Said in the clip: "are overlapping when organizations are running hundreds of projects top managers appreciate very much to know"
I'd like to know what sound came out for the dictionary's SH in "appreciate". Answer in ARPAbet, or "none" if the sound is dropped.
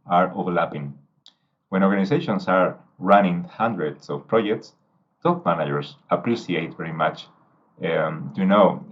S